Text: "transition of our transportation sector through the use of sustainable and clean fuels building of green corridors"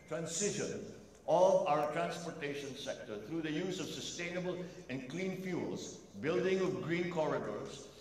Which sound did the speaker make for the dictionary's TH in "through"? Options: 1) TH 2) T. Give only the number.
2